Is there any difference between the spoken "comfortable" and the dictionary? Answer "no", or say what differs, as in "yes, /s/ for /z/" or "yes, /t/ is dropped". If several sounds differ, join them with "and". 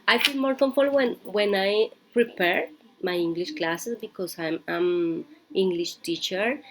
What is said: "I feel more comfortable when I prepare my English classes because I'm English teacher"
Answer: yes, /n/ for /l/